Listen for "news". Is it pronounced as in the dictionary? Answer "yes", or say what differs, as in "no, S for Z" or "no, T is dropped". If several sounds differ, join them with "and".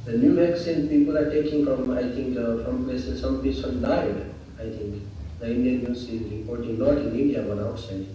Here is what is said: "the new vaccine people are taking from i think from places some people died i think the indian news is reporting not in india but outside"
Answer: no, S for Z